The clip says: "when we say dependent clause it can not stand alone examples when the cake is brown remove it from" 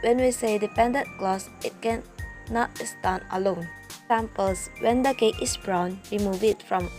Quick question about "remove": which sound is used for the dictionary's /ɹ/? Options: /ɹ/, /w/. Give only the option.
/w/